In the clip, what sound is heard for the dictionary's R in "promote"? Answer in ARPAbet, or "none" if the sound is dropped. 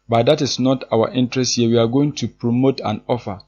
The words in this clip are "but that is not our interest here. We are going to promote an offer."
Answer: R